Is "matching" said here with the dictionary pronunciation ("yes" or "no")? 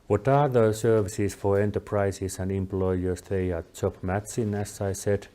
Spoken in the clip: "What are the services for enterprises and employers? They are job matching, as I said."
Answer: no